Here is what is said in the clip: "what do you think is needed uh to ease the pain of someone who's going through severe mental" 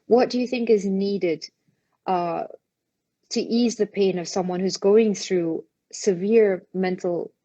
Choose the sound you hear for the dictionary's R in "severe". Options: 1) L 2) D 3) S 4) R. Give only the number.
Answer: 4